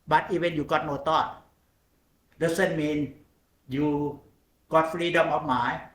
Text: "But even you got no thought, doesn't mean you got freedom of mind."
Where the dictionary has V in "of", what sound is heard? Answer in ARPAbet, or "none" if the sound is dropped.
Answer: P